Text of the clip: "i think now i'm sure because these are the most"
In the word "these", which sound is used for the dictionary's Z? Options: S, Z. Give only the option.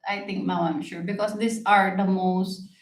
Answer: S